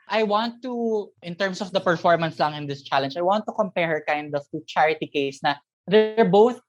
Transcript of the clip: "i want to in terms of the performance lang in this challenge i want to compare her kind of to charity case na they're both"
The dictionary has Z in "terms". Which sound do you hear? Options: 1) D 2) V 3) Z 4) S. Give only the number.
4